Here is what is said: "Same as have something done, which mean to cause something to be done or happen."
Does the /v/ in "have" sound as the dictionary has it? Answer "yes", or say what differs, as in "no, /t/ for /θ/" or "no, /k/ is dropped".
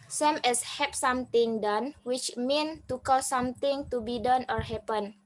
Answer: no, /p/ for /v/